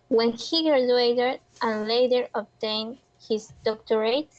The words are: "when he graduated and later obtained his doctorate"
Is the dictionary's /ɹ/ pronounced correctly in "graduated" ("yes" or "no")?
no